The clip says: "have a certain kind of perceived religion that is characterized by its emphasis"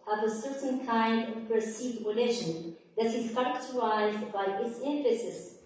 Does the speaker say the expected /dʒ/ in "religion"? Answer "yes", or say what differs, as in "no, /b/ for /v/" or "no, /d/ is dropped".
no, /ʃ/ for /dʒ/